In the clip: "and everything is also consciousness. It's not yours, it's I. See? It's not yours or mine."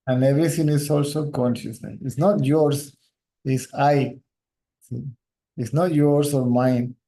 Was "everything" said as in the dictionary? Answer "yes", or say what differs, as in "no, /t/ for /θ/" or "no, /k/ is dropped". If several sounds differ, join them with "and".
no, /t/ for /θ/